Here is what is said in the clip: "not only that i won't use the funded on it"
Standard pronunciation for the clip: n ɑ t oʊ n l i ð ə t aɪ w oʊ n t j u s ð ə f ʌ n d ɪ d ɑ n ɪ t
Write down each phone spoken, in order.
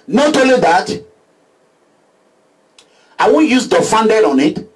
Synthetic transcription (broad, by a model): n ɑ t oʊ l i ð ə t aɪ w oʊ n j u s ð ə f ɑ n d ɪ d ɑ n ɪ t